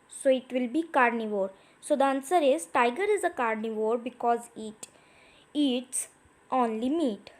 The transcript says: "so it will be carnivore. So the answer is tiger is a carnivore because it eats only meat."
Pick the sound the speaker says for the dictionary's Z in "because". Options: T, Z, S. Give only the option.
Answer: Z